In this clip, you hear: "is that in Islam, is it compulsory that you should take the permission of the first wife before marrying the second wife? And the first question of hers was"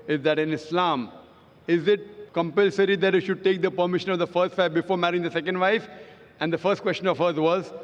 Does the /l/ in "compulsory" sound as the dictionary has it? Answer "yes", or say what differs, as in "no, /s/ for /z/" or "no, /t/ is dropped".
yes